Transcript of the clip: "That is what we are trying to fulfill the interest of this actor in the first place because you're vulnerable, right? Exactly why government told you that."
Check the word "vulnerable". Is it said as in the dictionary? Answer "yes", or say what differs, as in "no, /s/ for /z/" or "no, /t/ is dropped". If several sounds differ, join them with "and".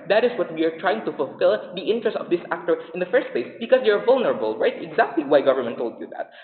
yes